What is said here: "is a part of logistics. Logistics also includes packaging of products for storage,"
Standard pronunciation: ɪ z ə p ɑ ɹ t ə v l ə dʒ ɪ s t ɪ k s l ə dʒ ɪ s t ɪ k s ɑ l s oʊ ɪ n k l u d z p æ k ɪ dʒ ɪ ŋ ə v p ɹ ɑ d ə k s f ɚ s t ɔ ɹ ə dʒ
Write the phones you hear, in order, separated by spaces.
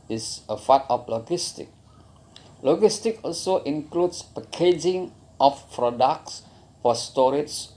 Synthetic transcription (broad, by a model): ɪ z ə f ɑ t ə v l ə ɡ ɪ s t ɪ k l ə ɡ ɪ s t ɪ k ɑ l s oʊ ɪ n k l u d s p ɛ k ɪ dʒ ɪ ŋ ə f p ɹ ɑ d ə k s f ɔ s t ɔ ɹ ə